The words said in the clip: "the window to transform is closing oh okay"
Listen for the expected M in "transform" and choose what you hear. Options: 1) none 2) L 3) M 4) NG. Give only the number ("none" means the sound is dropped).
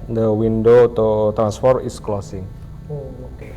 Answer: 1